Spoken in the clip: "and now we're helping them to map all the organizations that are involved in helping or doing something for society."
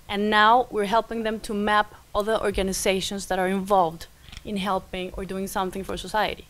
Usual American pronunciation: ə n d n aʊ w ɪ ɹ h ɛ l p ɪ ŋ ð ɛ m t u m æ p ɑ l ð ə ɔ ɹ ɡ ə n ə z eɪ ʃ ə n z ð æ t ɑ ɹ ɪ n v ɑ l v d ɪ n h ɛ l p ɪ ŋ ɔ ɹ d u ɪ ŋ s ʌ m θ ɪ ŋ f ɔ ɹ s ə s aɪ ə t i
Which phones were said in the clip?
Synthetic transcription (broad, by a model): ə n n aʊ w ɪ ɹ h ɛ l p ɪ ŋ ð ɛ m t u m æ p ɑ l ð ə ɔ ɹ ɡ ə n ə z eɪ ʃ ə n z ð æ t ɑ ɹ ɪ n v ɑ l v d ɪ n h ɛ l p ɪ ŋ ɔ ɹ d u ɪ ŋ s ʌ m θ ɪ ŋ f ɔ ɹ s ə s aɪ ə t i